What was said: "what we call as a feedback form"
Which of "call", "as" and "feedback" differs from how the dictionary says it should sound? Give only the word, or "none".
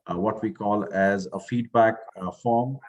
none